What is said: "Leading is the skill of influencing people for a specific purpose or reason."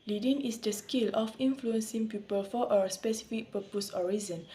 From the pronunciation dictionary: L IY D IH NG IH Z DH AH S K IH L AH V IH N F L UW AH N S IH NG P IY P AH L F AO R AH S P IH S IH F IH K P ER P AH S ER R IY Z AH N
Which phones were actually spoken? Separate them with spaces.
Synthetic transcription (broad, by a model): L IY D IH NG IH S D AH S K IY L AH F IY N F L UW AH N S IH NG P IY P AH L F AO W AH S P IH S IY F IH K P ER P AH S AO R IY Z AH N